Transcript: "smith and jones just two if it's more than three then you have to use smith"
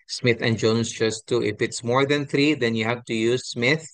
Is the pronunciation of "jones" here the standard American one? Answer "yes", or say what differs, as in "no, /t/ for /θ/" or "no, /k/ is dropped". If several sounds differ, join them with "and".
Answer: no, /s/ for /z/